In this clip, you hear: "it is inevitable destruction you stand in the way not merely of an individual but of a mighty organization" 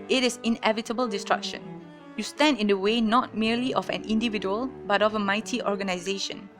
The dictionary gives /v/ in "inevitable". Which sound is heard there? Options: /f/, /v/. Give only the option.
/v/